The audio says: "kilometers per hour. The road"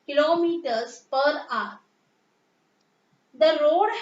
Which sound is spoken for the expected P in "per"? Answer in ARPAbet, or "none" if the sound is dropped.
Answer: P